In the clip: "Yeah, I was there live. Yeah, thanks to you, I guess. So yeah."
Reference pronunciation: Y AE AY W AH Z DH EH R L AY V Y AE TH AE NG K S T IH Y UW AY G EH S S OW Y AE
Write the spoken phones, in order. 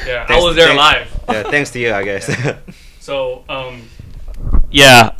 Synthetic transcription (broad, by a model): Y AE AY W AH Z DH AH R L AY V Y AE TH AE NG K S T IH Y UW AY G EH S S OW Y AE